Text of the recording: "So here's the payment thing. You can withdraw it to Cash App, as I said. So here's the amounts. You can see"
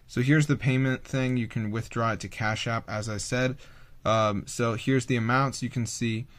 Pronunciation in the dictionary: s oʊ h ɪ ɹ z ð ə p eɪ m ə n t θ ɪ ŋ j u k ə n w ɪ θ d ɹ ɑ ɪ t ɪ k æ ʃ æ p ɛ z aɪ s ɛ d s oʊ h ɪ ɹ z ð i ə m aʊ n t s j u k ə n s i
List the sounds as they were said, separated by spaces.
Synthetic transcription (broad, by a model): s oʊ h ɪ ɹ z ð ə p eɪ m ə n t θ ɪ ŋ j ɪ k ə n w ɪ θ d ɹ ɑ ɪ t ɪ k æ ʃ æ p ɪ z aɪ s ɛ d s oʊ h ɪ ɹ z ð i ə m aʊ n t s j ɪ k ə n s i